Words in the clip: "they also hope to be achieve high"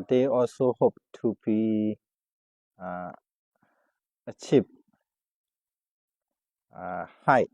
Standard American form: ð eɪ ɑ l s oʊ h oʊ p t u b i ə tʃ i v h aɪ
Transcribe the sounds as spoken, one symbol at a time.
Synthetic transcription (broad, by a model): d eɪ ɑ l s oʊ h oʊ p t u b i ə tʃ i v h aɪ